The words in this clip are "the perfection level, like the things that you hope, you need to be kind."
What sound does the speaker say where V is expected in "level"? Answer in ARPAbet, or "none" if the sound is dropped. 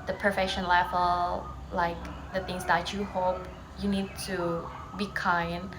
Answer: F